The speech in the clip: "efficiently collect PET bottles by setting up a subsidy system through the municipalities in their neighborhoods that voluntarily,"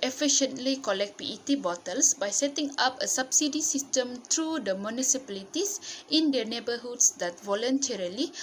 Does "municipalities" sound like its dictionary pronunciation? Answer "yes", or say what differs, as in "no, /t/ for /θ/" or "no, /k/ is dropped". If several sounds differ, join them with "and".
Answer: no, /s/ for /z/